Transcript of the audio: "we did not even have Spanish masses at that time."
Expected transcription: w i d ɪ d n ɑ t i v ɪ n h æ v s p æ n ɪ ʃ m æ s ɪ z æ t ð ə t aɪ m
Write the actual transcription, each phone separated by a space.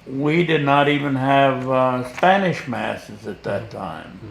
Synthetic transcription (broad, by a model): w i d ɪ d n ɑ t i v ɪ n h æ v s p æ n ɪ ʃ m æ s ɪ z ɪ t ð ə t aɪ m